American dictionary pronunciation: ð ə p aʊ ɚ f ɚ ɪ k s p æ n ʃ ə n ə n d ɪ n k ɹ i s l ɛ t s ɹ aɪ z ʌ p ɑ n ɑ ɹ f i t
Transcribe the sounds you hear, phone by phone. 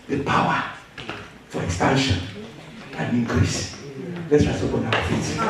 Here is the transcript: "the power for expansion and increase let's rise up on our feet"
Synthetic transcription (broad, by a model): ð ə p aʊ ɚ f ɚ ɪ k s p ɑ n ʃ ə n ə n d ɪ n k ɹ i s l ɛ t s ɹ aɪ s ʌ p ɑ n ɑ w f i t